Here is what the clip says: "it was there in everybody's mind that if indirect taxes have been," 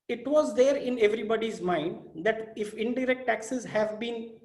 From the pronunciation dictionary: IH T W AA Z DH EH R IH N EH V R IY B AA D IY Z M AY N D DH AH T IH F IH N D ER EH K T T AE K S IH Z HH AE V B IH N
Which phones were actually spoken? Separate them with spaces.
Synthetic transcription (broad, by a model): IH T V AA Z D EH R IH N EH V R IY B AA D IY Z M AY N D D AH T IH F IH N D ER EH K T T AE K S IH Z HH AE V B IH N